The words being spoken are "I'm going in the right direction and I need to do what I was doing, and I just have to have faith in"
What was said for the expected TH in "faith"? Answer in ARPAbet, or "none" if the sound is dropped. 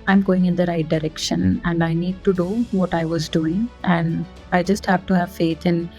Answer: T